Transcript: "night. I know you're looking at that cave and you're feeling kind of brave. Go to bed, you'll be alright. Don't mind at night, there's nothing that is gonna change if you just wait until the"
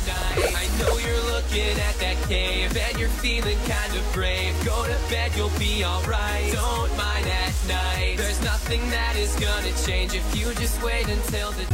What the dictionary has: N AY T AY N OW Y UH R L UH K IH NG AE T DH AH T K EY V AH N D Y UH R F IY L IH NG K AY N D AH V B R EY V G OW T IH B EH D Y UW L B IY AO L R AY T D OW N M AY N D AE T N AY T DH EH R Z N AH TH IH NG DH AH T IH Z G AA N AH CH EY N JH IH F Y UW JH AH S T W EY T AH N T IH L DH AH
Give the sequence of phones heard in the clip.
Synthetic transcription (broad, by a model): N AY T AY N OW Y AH R L UH K IH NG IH T DH AH T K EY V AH N Y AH R F IY L IH NG K AY N D AH V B R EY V G OW T IH B EH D Y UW L B IY AO L R AY T D OW N M AY N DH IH T N AY T DH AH R Z N AH TH IH NG DH AH T IH Z G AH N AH CH EY N JH IH F Y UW JH AH S T W EY T AH N T IH L DH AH